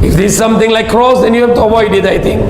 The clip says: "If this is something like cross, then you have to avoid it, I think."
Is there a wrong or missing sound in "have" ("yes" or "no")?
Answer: yes